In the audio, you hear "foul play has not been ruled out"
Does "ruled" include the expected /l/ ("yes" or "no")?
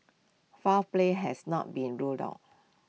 yes